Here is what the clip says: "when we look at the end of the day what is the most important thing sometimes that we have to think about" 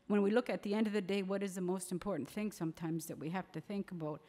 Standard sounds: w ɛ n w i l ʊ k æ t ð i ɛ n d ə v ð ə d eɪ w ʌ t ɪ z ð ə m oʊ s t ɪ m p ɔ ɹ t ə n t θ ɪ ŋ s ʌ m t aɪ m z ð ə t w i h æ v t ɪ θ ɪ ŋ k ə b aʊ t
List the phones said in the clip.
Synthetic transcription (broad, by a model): w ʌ n w i l ʊ k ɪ t ð i ɛ n d ə v ð ə d eɪ w ʌ t ɪ z ð ə m oʊ s t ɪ m p ɔ ɹ t n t θ ɪ ŋ s ʌ m t aɪ m z ð ə t w i h æ f t ɪ θ ɪ ŋ k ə b aʊ t